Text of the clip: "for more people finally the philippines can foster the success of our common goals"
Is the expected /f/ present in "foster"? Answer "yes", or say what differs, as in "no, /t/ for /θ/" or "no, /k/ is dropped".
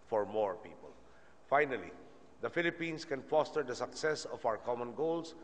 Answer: yes